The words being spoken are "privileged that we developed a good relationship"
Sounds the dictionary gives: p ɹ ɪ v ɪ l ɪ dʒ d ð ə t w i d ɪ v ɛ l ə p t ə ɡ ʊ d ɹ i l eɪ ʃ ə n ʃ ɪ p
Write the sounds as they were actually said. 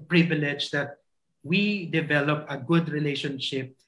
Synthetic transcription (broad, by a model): p ɹ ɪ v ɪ l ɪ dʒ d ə t w i d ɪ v ɛ l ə p ə ɡ ʊ d ɹ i l eɪ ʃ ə n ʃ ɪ p